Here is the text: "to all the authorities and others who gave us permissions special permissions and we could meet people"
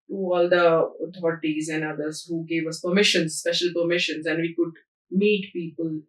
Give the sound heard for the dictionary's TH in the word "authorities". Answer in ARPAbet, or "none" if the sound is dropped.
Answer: T